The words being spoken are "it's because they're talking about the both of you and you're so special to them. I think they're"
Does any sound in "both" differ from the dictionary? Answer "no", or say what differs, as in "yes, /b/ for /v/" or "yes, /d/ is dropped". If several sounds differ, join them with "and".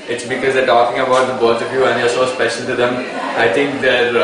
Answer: yes, /t/ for /θ/